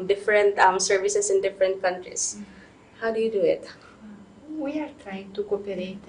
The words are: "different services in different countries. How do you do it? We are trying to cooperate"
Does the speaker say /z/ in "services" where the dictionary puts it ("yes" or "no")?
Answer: no